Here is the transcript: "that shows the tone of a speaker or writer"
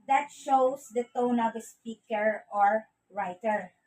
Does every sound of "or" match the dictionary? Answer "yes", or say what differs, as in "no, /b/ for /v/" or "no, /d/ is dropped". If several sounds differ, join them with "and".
yes